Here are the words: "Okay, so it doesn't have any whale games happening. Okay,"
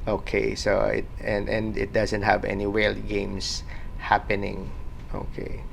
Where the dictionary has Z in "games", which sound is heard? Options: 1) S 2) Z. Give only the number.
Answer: 1